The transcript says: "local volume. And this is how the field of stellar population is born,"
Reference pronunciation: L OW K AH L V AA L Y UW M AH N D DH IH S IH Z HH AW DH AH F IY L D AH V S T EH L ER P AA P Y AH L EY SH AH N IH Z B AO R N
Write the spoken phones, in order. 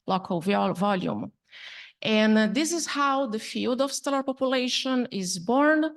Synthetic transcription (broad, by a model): L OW K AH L V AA L Y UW M AH N D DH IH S IH Z HH AW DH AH F IY L D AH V S T EH L ER P AA P Y AH L EY SH AH N IH Z B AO R N